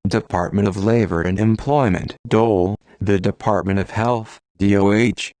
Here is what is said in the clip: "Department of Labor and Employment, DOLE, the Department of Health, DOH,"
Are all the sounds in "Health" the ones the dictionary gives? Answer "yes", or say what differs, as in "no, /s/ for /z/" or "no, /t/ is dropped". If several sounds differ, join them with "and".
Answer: yes